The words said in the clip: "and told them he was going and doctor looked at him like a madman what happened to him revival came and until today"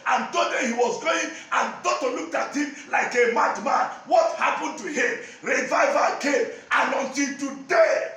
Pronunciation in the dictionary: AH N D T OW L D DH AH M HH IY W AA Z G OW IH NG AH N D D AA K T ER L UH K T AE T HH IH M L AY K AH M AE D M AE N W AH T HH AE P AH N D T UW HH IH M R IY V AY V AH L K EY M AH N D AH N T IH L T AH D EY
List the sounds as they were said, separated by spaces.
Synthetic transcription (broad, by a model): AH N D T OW D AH HH IY W AA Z G OW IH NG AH N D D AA T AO L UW K T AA T HH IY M L AY K AH M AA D M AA N W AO T HH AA P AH N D T UW HH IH M R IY V AY V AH K EY M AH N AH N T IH N T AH D EY